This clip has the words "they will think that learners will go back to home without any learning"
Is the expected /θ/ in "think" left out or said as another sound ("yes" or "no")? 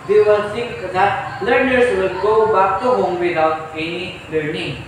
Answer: yes